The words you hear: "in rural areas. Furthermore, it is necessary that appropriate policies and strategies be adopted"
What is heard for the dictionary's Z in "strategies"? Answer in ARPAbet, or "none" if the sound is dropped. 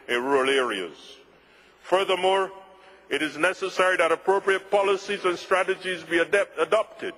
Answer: Z